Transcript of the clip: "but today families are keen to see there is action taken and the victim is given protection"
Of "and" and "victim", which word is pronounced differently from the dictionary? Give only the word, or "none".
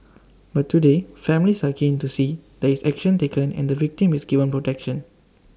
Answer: none